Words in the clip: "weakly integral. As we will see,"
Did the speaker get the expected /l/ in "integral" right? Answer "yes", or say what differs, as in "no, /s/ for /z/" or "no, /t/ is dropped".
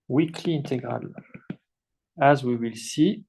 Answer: yes